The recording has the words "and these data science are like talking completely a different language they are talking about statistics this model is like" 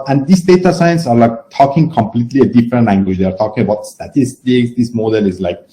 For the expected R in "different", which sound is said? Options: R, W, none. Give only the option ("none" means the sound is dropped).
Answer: R